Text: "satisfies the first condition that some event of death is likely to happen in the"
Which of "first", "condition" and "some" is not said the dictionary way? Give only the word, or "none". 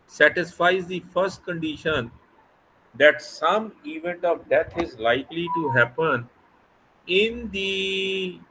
none